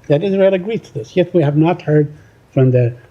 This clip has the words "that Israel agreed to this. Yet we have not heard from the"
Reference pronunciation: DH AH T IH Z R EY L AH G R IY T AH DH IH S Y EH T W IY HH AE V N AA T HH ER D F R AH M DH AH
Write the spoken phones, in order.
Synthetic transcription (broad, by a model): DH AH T IH Z R EY L AH G R IY T AH DH IH S Y EH T W IY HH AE V N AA T HH ER D F R AH M DH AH